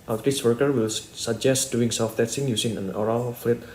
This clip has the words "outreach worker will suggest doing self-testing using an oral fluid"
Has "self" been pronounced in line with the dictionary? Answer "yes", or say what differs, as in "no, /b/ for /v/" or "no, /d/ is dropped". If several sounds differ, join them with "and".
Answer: no, /l/ is dropped